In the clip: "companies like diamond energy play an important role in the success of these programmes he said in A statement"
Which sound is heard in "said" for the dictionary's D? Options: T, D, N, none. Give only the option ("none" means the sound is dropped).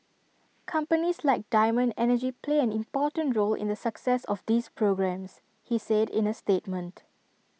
D